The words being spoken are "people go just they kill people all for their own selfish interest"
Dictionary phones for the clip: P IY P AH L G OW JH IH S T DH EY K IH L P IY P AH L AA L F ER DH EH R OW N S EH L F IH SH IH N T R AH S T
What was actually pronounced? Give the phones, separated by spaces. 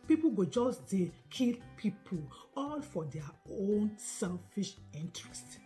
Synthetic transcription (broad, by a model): P IY P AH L G OW JH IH S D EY K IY L P IY P AH L AA L F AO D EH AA OW N S EH L F IH SH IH N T R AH S T